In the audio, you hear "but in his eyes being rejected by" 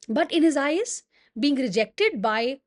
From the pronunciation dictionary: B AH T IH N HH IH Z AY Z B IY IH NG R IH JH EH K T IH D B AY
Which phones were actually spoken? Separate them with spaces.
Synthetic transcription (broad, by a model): B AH T IH N HH IH Z AY Z B IY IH NG R IH JH EH K T IH D B AY